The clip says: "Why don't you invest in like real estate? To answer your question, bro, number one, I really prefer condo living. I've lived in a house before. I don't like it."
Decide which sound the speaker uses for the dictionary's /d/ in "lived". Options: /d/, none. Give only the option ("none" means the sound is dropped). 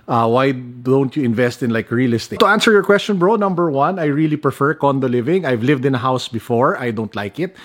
/d/